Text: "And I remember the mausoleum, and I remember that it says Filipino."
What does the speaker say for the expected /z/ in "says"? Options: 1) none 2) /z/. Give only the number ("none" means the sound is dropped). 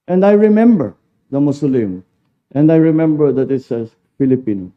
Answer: 1